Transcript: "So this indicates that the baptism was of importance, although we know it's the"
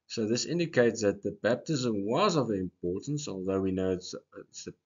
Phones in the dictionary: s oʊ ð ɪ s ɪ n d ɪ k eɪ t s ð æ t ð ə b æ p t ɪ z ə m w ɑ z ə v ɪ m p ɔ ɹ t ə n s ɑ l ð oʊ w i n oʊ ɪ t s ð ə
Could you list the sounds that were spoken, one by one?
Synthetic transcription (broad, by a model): s oʊ ð ɪ s ɪ n d ɪ k eɪ t s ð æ t ð ə b æ p t ɪ z ə m w ɑ z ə v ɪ m p ɔ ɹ t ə n s ɑ l ð oʊ w i n oʊ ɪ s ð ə